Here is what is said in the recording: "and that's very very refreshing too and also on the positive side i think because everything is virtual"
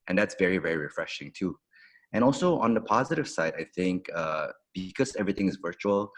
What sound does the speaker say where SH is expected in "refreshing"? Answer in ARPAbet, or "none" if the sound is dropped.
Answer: SH